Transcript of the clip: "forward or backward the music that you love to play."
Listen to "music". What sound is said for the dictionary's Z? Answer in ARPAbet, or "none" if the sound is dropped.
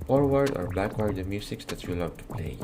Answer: S